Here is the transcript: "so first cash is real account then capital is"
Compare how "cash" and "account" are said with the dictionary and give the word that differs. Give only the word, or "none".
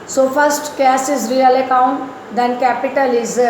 cash